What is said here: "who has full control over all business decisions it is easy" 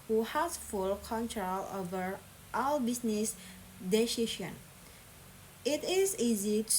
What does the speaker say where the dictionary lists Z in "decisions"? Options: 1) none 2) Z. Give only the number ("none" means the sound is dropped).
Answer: 1